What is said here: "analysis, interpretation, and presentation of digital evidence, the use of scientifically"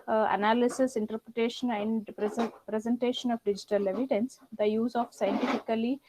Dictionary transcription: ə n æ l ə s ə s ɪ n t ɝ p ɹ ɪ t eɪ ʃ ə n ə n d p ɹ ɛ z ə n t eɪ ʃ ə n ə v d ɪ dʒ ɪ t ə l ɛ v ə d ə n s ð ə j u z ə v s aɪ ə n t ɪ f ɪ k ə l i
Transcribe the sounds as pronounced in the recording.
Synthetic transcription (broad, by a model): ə n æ l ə s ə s ɪ n t ɝ p ɹ ɪ t eɪ ʃ ə n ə n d p ɹ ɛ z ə n t eɪ ʃ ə n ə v d ɪ dʒ ɪ t ə l ɛ v ə d ə n s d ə j u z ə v s aɪ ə n t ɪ f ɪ k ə l i